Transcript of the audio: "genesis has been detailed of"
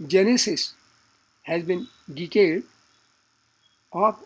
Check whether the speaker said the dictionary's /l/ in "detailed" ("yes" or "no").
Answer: no